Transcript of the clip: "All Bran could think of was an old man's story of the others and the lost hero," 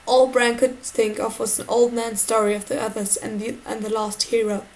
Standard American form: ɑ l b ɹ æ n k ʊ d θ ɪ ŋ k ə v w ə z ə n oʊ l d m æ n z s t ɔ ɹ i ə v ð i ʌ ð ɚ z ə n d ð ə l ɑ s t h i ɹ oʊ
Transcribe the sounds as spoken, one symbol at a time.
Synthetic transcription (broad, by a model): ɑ l b ɹ æ n k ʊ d θ ɪ ŋ k ə v w ə z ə n oʊ l d m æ n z s t ɔ ɹ i ə v ð i ʌ ð ɚ z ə n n ð ə l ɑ s t h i ɹ oʊ